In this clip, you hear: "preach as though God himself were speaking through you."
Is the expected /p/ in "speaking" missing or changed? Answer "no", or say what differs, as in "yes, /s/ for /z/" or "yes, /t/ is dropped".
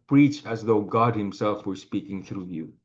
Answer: no